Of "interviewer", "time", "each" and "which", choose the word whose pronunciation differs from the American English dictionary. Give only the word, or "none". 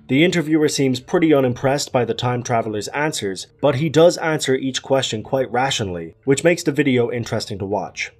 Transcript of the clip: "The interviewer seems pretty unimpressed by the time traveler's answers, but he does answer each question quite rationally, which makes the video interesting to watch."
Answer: none